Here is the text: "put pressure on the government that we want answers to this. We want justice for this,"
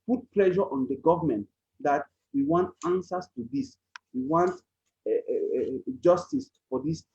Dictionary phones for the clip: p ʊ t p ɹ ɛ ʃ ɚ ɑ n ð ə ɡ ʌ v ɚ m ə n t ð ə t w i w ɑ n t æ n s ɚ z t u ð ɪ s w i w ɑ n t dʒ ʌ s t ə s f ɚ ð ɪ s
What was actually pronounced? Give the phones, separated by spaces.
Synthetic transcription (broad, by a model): p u t p l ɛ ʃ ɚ ɑ n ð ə ɡ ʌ v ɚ m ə n t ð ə t w i w ɑ n t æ n s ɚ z t u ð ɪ s w i w ɑ n t dʒ ʌ s t ə s f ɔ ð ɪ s